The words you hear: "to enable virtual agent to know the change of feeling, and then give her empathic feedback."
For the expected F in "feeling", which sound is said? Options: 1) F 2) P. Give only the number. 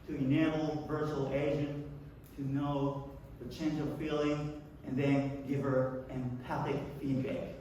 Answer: 1